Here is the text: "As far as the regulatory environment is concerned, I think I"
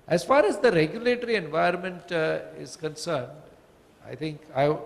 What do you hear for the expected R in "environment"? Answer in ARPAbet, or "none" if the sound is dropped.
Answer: none